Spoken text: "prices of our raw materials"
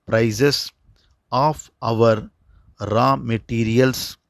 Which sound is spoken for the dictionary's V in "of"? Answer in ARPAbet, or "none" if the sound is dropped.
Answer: V